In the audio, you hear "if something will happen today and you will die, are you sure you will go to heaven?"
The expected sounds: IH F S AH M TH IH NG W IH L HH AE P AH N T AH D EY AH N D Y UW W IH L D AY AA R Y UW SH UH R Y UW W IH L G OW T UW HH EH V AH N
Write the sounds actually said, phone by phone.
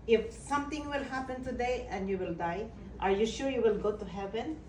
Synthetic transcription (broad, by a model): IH F S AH M T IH NG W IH L HH AE P AH N T AH D EY AH N D Y UW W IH L D AY AA R Y UW SH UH R Y UW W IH L G OW T UW HH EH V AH N